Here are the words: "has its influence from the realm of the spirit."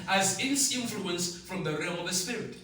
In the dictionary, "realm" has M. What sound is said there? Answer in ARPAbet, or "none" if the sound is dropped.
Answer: none